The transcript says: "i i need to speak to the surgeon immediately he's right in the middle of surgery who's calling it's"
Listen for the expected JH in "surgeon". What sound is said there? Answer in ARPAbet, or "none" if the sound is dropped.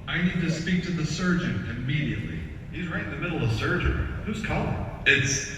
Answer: JH